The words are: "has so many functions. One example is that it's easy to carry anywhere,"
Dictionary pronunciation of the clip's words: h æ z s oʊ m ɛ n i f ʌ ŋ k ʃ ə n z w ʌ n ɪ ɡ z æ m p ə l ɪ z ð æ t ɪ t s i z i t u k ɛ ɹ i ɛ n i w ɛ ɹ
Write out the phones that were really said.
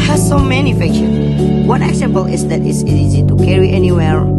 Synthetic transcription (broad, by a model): h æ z s oʊ m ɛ n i f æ k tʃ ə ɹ w ʌ n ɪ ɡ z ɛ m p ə l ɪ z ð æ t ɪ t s i z i t u k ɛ ɹ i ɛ n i w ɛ ɹ